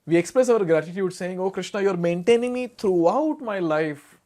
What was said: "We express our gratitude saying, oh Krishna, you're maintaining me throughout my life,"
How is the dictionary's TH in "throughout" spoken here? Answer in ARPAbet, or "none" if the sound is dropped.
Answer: T